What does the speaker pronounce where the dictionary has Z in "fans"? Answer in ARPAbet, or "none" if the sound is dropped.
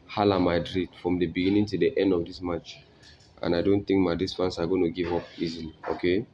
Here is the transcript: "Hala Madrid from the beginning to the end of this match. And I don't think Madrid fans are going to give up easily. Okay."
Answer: S